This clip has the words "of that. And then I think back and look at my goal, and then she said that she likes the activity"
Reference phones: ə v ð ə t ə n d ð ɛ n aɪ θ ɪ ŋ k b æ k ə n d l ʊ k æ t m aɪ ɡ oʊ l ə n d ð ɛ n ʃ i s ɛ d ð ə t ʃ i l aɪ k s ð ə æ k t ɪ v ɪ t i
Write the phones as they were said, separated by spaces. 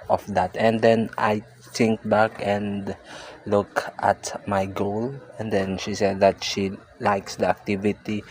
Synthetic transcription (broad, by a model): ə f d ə t ə n d ɛ n aɪ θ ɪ ŋ k b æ k ə n d l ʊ k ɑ t m aɪ ɡ oʊ l ə n d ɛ n ʃ i s ɛ d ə t ʃ i l aɪ k s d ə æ k t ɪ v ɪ t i